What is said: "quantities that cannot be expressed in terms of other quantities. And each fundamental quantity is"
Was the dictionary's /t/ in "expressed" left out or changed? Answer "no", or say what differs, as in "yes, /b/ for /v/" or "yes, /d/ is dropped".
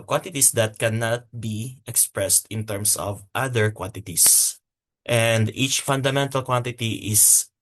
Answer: no